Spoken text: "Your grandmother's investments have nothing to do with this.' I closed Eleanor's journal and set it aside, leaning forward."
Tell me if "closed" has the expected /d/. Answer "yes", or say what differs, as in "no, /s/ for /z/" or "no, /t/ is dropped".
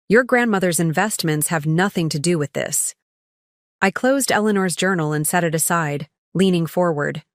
yes